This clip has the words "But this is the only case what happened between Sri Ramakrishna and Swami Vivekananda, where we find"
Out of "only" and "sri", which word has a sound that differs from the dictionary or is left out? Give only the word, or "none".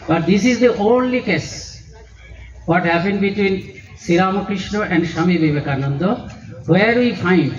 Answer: sri